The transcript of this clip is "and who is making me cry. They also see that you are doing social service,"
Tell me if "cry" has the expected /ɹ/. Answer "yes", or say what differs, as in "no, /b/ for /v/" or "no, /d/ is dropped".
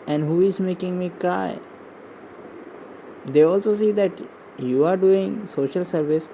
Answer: no, /ɹ/ is dropped